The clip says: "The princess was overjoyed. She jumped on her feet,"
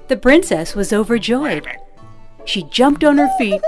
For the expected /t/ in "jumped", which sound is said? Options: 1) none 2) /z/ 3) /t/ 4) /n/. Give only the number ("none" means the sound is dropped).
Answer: 3